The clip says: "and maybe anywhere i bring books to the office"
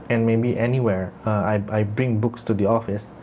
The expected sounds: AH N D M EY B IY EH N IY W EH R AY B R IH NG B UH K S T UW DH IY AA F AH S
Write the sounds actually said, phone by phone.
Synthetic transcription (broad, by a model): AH N M EY B IY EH N IY W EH R AY B R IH NG B UH K S T UW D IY AA F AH S